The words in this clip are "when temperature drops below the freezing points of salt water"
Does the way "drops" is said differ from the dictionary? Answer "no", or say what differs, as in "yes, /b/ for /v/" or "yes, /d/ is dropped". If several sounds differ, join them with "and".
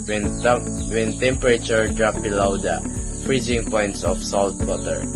yes, /s/ is dropped